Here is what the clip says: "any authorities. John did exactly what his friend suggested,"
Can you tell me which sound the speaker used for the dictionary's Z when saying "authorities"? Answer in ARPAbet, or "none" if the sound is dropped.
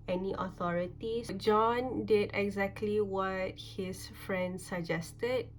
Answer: S